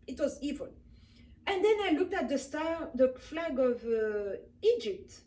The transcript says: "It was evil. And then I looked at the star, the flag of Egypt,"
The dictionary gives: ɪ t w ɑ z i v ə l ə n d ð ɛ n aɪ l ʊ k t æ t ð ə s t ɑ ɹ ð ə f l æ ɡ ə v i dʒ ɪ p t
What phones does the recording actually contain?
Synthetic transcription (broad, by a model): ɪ t w ɑ z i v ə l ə n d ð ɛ n aɪ l ʊ k t æ t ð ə s t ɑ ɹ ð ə f l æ ɡ ə v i dʒ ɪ p t